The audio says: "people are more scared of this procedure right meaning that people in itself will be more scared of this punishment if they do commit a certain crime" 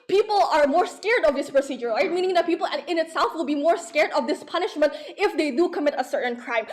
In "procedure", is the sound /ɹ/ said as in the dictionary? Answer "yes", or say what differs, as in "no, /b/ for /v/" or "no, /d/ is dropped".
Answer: yes